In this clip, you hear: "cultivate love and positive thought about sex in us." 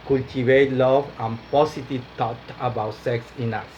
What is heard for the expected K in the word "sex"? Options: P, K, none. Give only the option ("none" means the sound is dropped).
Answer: K